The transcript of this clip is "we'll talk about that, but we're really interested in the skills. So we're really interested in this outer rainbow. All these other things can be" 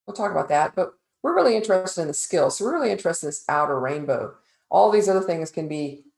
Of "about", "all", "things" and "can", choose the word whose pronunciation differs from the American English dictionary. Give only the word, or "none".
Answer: none